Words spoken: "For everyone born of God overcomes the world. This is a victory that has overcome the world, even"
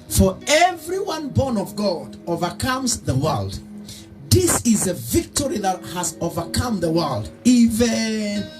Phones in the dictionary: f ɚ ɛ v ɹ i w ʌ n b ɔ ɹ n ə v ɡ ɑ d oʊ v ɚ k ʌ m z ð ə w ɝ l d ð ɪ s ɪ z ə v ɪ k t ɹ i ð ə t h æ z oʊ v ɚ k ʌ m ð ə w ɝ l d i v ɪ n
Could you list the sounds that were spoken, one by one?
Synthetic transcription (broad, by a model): f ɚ ɛ v ɹ i w ʌ n b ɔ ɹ n ə v ɡ ɑ d oʊ v ɚ k ʌ m z ð ə w ɝ l d ð ɪ s ɪ z ə v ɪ k t ɹ i ð ə t h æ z oʊ v ɚ k ʌ m ð ə w ɝ l d i v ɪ n